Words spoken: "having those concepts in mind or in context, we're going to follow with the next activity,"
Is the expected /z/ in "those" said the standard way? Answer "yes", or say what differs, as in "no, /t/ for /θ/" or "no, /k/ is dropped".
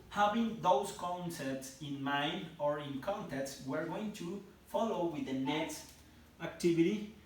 no, /s/ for /z/